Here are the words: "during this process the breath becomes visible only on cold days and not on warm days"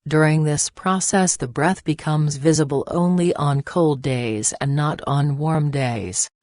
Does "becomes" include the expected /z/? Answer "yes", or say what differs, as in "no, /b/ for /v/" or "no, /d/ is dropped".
yes